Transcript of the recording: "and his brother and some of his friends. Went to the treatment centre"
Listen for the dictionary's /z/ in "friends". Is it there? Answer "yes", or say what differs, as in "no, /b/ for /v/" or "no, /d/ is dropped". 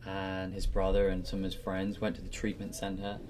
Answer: yes